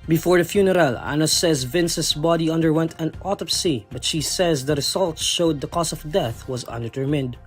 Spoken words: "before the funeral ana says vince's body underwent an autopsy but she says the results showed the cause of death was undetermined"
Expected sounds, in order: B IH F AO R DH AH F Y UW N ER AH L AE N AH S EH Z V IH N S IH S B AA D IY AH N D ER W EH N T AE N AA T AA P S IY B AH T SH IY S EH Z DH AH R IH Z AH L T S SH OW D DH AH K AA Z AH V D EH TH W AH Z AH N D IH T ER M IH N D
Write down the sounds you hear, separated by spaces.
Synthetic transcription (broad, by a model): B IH F AO R DH AH F Y UW N ER AH L AE N AH S EH Z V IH N S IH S B AA D IY AH N D ER W EH N T AE N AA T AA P S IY B AH T SH IY S EH Z DH AH R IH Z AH L T SH OW D DH AH K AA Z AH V D EH TH W AH Z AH N D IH T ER M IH N D